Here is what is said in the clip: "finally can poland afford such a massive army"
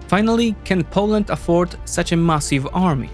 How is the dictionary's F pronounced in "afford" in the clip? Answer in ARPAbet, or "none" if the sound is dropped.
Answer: F